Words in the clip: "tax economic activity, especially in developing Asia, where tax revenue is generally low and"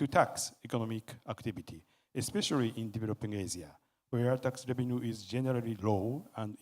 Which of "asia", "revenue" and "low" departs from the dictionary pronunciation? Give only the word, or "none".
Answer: asia